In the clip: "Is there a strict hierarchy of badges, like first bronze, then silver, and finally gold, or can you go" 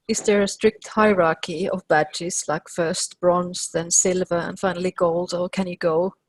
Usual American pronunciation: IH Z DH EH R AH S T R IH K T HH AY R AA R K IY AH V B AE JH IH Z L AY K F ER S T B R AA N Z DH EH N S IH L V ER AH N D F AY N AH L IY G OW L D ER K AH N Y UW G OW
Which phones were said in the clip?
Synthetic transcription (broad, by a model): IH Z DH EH R AH S T R IH K T HH AY R AA R K IY AH V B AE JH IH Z L AY K F ER S T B R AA N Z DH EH N S IH L V ER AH N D F AY N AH L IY G OW L D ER K AH N Y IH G OW